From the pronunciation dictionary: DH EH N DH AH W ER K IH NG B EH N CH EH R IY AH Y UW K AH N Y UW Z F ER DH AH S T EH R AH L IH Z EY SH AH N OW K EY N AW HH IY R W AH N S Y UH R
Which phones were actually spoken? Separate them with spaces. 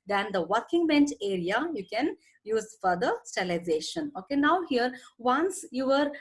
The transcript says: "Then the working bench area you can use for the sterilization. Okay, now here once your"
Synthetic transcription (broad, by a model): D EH N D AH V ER K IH NG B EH N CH EH R IY AH Y UW K AH N Y UW Z F ER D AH S T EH L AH IH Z EY SH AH N OW K EY N AW HH IY R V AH N S Y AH R